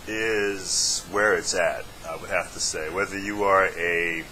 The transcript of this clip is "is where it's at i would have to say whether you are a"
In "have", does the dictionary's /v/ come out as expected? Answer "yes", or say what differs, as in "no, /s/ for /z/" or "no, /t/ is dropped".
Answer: no, /f/ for /v/